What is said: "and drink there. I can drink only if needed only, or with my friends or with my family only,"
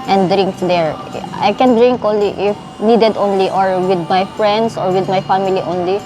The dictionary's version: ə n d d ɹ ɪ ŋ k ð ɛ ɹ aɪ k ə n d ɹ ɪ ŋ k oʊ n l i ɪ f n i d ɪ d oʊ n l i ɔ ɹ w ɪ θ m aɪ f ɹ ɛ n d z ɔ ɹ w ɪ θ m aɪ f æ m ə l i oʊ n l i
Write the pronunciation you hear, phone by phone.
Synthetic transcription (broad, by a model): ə n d d ɹ ɪ ŋ k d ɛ ɹ aɪ k ə n d ɹ ɪ ŋ k oʊ n l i ɪ f n i d ɪ d oʊ n l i ɔ ɹ w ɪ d m aɪ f ɹ ɛ n d s ɔ ɹ w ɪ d m aɪ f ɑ m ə l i oʊ n l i